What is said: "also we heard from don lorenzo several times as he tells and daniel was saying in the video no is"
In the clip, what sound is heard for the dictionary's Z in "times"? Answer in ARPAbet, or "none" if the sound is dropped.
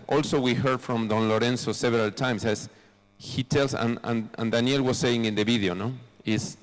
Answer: S